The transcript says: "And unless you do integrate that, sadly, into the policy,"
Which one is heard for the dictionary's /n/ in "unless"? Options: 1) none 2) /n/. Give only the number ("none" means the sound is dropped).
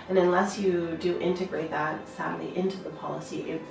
2